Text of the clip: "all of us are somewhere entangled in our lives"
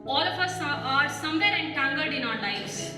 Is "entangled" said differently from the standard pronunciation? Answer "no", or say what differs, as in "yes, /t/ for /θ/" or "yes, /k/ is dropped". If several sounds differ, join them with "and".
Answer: yes, /l/ is dropped